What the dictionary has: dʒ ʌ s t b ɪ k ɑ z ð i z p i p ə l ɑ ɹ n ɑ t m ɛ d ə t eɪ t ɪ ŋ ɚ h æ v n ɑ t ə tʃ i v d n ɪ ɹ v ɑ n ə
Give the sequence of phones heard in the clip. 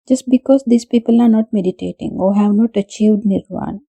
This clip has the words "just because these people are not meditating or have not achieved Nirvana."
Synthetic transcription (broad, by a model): dʒ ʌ s t b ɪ k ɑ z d i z p i p ə l ɑ ɹ n ɑ t m ɛ d ə t eɪ t ɪ ŋ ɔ h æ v n ɑ t ə tʃ i v d n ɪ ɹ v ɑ n